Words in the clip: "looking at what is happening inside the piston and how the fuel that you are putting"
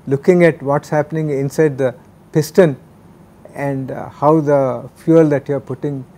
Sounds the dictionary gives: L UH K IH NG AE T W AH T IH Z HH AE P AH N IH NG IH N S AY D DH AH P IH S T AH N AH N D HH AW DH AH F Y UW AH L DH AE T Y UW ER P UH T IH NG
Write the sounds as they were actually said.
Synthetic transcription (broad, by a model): L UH K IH NG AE T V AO T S HH AE P AH N IH NG IH N S AY D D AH P IH S T AH N AH N D HH AW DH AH F Y UW AH L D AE T Y UW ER P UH T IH NG